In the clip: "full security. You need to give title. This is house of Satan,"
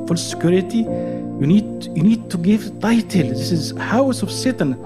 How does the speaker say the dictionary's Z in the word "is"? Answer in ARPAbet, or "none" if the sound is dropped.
Z